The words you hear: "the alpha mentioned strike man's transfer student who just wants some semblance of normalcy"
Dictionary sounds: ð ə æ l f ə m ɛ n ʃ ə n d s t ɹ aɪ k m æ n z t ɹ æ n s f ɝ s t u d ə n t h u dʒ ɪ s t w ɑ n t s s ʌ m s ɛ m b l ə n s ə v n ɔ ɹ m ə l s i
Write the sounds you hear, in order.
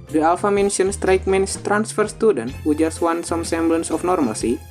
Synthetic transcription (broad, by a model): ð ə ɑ l f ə m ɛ n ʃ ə n s t ɹ aɪ k m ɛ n s t ɹ æ n s f ɝ s t u d ə n t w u dʒ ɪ s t w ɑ n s s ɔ m s ɛ m b l ə n s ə f n ɔ ɹ m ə l s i